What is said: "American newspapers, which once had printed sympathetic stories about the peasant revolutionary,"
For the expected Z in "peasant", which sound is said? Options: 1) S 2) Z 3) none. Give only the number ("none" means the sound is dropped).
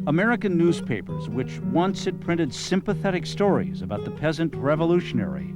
2